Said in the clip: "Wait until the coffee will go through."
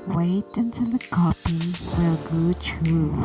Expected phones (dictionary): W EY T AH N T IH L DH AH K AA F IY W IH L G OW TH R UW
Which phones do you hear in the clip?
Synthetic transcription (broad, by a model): W EY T AH N T IH L DH AH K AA P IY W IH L G OW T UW